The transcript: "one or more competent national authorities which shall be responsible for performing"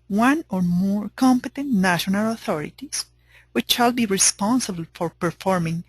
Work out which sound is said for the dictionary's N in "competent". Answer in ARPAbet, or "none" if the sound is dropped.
N